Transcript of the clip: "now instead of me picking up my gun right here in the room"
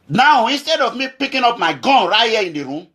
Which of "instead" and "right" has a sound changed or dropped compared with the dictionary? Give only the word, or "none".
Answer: none